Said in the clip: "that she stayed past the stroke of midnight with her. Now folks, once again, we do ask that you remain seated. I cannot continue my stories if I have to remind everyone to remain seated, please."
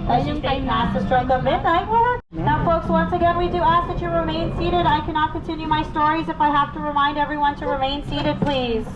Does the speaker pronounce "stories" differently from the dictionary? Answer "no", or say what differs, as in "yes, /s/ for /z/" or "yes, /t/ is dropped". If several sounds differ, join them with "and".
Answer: no